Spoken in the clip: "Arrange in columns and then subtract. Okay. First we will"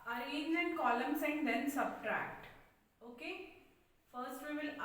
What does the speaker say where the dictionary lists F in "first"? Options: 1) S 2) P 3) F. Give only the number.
3